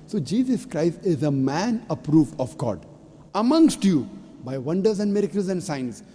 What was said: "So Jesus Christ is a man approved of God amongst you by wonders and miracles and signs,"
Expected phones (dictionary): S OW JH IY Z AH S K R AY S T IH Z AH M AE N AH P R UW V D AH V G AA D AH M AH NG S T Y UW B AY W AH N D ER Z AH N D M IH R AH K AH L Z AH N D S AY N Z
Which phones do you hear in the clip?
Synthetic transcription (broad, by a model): S OW JH IY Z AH S K R AY S T IH Z AH M AE N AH P R UW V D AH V G AA D AH M AH NG S T Y UW B AY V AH N D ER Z AH N D M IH R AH K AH L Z AH N D S AY N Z